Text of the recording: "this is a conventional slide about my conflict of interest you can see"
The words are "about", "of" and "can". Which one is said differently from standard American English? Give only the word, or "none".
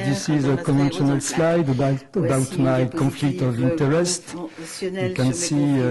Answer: none